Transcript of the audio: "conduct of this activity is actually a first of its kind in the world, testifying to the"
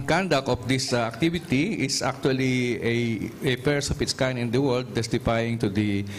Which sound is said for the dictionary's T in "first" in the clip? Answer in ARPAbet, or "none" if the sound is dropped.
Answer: none